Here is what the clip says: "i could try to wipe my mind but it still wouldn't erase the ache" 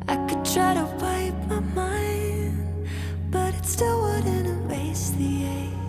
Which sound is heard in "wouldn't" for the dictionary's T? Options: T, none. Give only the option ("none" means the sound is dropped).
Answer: none